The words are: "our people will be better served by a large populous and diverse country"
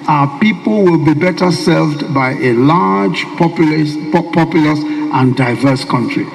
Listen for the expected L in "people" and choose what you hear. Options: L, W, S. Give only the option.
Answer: L